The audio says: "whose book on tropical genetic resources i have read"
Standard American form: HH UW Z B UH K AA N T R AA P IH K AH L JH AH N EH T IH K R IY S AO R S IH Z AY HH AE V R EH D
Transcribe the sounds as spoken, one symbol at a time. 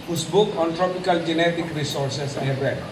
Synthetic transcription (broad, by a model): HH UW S B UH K AA N T R AA P IH K AH L JH AH N EH T IH K R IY S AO R S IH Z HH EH B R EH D